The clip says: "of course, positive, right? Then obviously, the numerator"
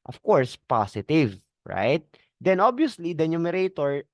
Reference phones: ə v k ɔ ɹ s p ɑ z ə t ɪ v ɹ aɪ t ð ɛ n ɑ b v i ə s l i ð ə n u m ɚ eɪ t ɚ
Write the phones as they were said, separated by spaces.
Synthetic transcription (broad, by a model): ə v k ɔ ɹ s p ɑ s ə t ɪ v ɹ aɪ t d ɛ n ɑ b i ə s l i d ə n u m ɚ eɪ t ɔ